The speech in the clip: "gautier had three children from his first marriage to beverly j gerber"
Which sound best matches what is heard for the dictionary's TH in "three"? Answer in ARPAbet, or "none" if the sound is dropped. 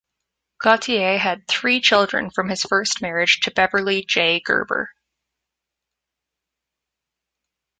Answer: TH